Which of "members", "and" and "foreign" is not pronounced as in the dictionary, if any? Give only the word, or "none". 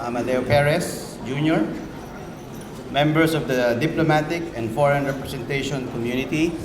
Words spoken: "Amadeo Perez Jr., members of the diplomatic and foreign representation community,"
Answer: members